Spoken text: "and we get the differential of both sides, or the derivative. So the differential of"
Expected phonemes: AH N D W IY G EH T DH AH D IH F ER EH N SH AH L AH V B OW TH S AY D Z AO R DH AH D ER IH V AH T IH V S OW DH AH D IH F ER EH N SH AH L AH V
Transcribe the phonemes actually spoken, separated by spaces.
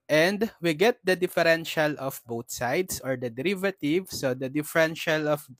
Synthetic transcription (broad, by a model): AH N D W IY G EH T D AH D IH F ER EH N SH AH L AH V B OW T S AY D S AO R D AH D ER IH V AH T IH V S OW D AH D IH F ER EH N SH AH L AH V